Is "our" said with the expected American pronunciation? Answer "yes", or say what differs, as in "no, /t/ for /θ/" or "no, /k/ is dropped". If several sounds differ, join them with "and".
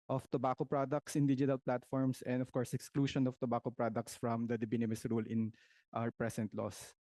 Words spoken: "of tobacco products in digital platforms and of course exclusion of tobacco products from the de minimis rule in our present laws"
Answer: no, /w/ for /ɹ/